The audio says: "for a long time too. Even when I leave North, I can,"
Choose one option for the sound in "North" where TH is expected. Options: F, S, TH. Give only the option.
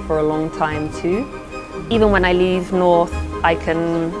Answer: TH